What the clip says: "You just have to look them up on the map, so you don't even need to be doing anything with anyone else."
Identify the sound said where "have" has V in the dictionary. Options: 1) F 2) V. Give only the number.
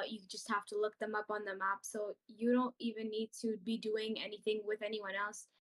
1